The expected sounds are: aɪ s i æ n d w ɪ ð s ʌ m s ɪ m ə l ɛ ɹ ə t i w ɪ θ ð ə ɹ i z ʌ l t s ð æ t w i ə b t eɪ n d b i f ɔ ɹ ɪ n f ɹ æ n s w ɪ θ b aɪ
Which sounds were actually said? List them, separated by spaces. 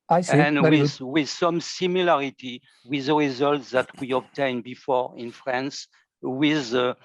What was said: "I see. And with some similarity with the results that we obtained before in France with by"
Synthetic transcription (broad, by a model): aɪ s i n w w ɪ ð s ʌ m s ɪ m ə l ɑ ɹ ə t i w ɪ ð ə ɹ i z ʌ l t s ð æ t w i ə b t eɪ n b i f ɔ ɹ ɪ n f ɹ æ n s w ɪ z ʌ